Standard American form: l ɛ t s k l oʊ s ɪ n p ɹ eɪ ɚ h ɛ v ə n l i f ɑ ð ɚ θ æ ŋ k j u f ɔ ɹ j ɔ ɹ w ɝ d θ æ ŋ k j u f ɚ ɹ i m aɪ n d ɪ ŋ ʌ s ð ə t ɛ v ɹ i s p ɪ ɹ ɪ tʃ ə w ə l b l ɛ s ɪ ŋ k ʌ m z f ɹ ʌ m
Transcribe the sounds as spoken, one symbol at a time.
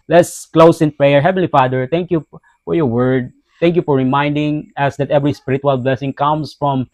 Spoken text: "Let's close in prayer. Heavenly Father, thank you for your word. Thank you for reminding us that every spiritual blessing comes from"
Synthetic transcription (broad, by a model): l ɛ t s k l oʊ s ɪ n p ɹ eɪ ɚ h ɛ v ə n l i f ɑ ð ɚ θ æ ŋ k j u f ɔ ɹ j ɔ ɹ w ɝ d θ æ ŋ k j u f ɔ ɹ i m aɪ n d ɪ ŋ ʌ s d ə t ɛ v ɹ i s p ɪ ɹ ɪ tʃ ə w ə l b l ɛ s ɪ ŋ k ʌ m s f ɹ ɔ m